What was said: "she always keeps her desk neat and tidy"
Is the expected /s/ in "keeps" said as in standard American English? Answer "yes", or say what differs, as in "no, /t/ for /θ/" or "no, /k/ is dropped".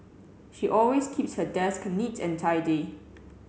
yes